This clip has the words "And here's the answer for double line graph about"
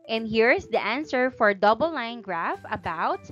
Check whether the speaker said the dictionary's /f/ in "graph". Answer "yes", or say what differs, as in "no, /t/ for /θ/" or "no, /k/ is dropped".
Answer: yes